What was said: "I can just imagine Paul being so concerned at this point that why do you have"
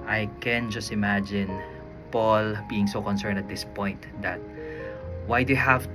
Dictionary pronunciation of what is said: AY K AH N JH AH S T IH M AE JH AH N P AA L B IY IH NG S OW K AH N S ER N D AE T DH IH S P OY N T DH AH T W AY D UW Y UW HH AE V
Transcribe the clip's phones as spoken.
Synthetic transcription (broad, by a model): AY K AH N JH AH S T IH M AE JH AH N P AA L B IY IH NG S OW K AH N S ER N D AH T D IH S P OY N T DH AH T W AY D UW Y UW HH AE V